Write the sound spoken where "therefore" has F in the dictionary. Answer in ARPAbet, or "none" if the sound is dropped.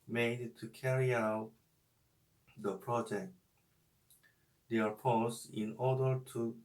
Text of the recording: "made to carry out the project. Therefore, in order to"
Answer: P